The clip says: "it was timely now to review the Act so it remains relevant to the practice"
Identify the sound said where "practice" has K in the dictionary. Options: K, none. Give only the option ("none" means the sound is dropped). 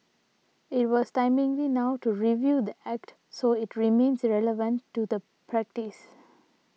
K